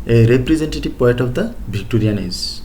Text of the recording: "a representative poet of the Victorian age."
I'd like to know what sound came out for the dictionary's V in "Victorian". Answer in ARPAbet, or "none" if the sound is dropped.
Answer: B